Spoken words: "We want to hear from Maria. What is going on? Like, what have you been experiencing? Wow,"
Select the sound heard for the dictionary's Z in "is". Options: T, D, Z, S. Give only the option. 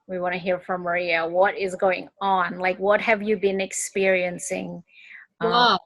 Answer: Z